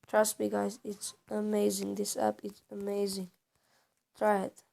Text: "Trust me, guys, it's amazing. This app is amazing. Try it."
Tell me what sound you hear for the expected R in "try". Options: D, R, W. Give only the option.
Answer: R